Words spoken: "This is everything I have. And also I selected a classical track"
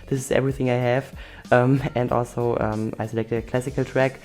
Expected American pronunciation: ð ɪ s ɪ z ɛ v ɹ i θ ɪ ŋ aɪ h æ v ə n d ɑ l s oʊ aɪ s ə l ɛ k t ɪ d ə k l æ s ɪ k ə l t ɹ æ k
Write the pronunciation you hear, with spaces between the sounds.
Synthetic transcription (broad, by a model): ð ɪ s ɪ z ɛ v ɹ i θ ɪ ŋ aɪ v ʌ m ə n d ɑ l s oʊ aɪ s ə l ɛ k t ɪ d ə k l æ s ɪ k ə l t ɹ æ k